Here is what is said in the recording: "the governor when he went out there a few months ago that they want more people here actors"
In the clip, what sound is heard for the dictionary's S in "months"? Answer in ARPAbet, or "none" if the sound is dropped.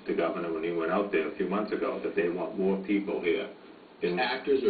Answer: S